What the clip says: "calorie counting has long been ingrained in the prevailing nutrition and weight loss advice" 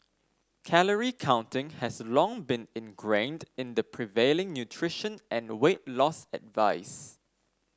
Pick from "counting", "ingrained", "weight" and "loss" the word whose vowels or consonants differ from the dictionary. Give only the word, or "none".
none